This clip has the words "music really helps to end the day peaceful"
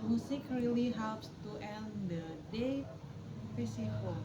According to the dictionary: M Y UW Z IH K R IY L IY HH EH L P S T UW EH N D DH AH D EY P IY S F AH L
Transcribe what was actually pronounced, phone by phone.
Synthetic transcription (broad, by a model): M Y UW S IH K R IY L IY HH EH L P S T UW EH N D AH D EY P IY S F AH